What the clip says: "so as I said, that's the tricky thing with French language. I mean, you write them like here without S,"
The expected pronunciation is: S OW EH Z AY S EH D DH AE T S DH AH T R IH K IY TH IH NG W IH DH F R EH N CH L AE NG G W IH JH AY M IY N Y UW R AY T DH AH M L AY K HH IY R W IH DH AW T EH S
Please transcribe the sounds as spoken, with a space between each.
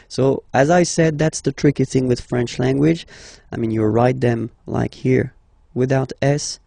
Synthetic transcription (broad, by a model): S OW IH Z AY S EH D DH AE T S DH AH T R IH K IY TH IH NG W IH DH F R EH N CH L AE NG G W IH JH AY M IY N Y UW R AY T DH AH M L AY K HH IY R W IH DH AW T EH S